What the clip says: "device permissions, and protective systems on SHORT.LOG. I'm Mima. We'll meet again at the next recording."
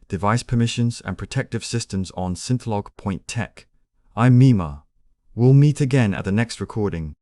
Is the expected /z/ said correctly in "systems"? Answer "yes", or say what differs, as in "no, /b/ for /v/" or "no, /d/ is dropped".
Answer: yes